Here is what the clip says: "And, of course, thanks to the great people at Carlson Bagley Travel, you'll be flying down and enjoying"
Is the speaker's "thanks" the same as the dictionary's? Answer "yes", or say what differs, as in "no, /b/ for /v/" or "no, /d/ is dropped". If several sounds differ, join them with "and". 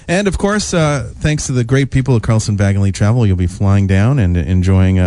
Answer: yes